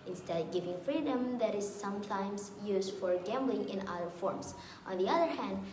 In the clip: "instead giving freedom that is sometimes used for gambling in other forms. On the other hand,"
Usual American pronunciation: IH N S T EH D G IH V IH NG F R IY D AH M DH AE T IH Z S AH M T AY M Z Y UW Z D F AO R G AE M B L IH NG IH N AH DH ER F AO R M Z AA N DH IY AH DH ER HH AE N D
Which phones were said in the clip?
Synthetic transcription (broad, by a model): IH N S T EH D G IH V IH NG F R IY D AH M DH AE T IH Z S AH M T AY M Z Y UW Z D F AO R G AE M B L IH NG IH N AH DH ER F AO R M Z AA N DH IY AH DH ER HH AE N D